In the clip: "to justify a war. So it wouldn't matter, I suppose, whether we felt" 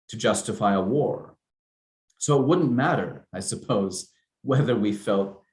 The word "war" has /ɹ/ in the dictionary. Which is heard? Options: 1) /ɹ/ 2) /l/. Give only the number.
1